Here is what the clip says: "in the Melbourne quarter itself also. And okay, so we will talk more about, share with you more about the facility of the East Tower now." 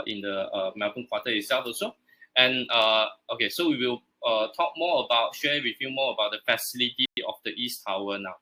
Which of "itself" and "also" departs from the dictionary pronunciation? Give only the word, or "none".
also